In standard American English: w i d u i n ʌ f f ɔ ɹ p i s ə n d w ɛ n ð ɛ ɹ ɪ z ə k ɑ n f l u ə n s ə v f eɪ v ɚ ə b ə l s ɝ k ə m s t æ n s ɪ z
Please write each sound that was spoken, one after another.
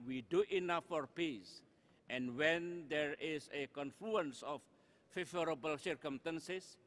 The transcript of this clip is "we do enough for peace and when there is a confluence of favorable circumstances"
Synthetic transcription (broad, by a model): w i d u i n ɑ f f ɔ ɹ p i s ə n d w ɛ n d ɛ ɹ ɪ s ə k ɑ n f l u ə n s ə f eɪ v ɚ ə b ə l s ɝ k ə m s t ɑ n s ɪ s